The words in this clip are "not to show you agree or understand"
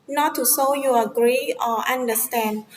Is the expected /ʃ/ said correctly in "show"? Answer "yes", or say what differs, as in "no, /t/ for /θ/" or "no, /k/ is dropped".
no, /s/ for /ʃ/